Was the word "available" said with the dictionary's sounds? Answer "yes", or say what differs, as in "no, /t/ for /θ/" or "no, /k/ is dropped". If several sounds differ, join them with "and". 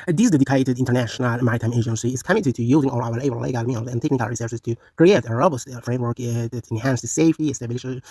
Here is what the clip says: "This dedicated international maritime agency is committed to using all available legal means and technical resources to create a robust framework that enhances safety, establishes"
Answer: no, /w/ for /v/ and /b/ is dropped